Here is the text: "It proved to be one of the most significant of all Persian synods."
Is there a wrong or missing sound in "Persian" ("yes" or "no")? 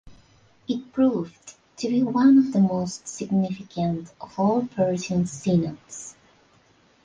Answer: yes